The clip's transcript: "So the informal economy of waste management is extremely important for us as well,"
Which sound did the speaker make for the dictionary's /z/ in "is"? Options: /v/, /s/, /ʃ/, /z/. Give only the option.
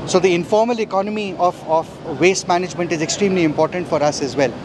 /z/